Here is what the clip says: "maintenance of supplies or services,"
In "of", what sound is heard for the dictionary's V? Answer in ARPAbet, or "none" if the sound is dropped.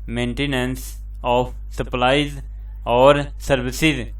P